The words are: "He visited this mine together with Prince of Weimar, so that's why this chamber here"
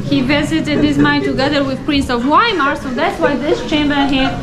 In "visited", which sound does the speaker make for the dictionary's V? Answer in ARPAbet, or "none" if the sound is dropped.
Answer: V